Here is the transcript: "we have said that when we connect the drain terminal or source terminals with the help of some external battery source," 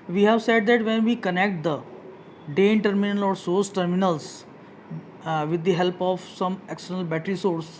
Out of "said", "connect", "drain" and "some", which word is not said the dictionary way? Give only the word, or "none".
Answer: drain